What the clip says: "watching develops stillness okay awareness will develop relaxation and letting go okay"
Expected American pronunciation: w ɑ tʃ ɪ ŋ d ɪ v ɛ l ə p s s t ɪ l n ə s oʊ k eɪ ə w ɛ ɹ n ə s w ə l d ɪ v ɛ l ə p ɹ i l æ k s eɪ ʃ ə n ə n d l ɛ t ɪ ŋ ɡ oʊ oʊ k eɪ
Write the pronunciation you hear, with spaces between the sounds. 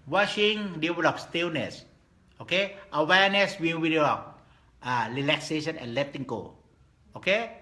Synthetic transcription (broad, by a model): w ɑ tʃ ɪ ŋ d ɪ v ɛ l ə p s s t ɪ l n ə s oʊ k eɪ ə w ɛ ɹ n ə s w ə w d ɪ ɔ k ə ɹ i l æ k s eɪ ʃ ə n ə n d l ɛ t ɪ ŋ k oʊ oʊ k eɪ